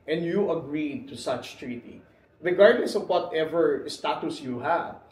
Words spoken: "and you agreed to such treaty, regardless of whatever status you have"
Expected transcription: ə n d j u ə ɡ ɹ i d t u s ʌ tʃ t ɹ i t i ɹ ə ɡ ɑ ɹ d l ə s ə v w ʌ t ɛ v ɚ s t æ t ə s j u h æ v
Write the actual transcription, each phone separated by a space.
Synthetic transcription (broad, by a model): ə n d j u ə ɡ ɹ i d t u s ʌ tʃ t ɹ i t i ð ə ɡ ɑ ɹ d n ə s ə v w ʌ t ɛ v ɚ s t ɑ t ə s j u h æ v